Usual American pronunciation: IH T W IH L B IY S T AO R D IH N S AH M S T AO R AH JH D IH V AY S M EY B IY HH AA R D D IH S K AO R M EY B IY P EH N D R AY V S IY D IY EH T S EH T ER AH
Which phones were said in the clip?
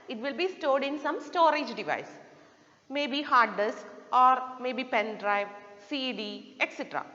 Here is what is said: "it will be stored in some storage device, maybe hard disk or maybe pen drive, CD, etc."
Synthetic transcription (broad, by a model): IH T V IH L B IY S T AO D IH N S AH M S T AO R AH JH D IH V AY S M EY B IY HH AA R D D IH S K AO R M EY B IY P EH N D R AY V S IY D IY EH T S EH T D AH